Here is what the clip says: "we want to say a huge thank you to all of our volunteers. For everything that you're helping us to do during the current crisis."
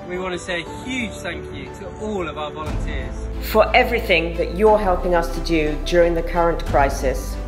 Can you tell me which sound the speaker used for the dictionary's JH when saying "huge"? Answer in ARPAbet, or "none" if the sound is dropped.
ZH